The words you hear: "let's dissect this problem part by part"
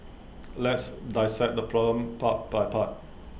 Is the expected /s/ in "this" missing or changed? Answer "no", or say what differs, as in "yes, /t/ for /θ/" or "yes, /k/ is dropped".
yes, /s/ is dropped